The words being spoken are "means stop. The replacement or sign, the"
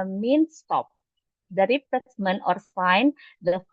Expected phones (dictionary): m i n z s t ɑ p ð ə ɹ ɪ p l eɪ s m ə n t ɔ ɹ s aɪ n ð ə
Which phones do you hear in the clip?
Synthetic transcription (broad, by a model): m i n s t ɑ p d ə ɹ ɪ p eɪ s m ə n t ɔ ɹ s aɪ n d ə